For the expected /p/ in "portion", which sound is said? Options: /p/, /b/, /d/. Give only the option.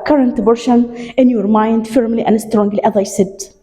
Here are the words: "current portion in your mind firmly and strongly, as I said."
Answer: /b/